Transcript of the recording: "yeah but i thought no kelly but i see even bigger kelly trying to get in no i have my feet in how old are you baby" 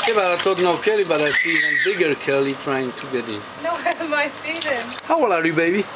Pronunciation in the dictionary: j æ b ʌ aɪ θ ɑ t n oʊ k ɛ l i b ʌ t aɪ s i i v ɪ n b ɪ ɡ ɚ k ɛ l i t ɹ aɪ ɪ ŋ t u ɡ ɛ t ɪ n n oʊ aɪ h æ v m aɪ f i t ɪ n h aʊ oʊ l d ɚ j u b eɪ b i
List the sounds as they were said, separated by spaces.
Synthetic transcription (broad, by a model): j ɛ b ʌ aɪ t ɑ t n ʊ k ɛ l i b ʌ t aɪ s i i ɪ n b ɪ ɡ ɚ k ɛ l i t ɹ aɪ ɪ ŋ t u ɡ ɛ t ɪ n n oʊ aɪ m aɪ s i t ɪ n h aʊ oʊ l ɚ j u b eɪ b i